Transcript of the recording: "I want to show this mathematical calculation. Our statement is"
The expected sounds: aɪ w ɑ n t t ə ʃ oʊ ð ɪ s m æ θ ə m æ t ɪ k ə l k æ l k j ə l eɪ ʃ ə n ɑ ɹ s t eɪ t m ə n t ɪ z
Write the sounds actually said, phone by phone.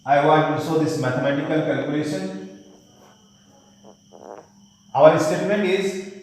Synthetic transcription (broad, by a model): aɪ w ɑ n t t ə s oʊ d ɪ s m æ t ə m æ t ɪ k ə l k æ l k j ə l eɪ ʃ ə n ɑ ɹ s t eɪ t m ə n t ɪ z